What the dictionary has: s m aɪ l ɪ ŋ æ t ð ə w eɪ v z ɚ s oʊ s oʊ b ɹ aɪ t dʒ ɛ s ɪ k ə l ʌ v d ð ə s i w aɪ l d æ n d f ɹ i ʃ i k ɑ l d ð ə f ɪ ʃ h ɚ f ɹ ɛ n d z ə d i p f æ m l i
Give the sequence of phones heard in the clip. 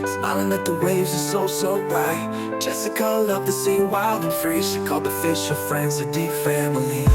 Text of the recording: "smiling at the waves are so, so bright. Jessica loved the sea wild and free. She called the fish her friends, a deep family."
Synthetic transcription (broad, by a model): s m aɪ l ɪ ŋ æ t ð ə w eɪ v z ɚ s oʊ s oʊ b ɹ aɪ t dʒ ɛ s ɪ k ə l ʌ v ð ə s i w aɪ l d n f ɹ i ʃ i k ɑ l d ð ə f ɪ ʃ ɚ f ɹ ɛ n d z ə d i p f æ m l i